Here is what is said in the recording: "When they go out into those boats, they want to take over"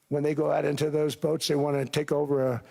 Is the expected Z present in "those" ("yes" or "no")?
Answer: yes